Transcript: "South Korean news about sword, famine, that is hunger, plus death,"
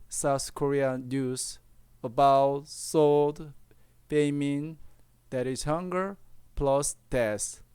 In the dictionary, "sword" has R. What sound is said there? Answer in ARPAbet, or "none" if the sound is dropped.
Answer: L